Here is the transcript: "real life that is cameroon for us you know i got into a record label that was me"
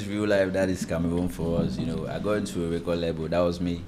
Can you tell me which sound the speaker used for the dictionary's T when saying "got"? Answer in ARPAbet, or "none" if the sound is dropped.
none